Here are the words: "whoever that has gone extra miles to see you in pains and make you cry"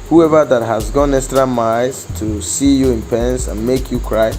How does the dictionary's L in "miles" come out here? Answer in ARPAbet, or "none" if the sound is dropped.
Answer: none